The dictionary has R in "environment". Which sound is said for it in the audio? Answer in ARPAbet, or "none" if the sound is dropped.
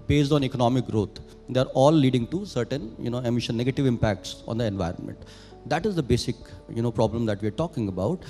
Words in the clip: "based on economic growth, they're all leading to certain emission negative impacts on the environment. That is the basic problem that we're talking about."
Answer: R